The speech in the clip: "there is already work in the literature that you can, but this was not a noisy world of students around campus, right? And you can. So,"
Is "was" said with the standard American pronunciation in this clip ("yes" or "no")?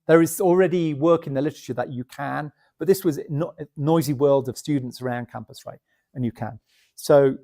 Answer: yes